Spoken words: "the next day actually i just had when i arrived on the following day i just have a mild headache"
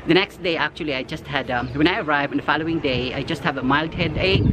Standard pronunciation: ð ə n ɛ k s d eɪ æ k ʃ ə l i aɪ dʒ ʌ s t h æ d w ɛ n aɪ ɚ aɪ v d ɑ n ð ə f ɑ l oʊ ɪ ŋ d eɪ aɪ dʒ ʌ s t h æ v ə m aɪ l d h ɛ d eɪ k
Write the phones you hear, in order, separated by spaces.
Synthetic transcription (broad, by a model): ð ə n ɛ k s d eɪ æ k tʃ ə l i aɪ dʒ ʌ s t h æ d w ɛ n aɪ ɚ aɪ v ɑ n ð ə f ɑ l oʊ ɪ ŋ d eɪ aɪ dʒ ʌ s t h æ v ə m aɪ l d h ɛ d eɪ